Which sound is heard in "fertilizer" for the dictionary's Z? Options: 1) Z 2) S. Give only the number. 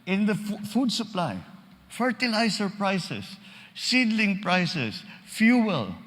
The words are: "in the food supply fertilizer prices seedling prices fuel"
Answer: 2